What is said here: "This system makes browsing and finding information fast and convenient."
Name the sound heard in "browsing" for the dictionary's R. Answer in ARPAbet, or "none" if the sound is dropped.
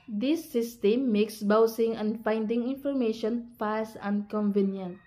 none